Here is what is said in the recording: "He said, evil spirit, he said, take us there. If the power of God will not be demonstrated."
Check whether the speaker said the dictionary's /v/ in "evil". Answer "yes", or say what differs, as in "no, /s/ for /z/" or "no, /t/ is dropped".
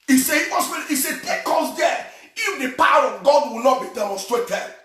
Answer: no, /w/ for /v/